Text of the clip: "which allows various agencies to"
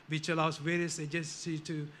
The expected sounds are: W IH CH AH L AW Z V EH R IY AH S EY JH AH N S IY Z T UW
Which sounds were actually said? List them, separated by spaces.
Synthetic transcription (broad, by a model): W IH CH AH L AW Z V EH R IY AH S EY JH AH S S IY T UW